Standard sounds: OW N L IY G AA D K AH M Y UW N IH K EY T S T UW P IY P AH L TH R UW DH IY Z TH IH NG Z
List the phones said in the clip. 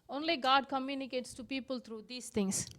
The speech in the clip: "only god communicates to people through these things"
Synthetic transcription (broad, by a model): OW N L IY G AA D K AH M Y UW N IH K EY T S T UW P IY P AH L T R UW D IY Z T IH NG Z